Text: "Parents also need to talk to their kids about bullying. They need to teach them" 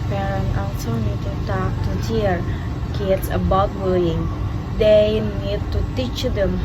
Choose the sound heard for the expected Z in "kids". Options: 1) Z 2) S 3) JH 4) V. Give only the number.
2